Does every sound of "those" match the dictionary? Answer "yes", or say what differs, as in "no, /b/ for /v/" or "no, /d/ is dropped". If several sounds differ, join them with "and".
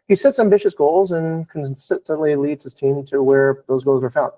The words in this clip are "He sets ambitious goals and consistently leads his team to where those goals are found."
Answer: yes